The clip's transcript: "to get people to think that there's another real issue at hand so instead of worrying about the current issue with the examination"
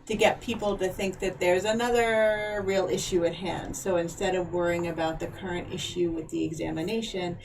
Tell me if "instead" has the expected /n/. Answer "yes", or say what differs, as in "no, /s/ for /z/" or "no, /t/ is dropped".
yes